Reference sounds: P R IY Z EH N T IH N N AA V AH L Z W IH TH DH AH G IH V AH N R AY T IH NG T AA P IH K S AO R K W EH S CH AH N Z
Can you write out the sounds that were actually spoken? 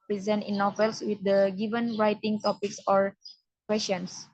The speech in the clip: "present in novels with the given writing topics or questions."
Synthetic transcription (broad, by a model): P R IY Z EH N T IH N N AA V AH L S W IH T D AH G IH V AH N R AY T IH NG T AA P IH K S AO R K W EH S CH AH N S